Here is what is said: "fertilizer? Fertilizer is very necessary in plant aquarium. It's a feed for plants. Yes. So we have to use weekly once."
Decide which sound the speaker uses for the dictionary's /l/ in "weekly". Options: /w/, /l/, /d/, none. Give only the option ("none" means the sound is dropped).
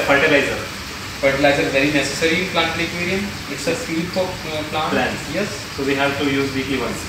none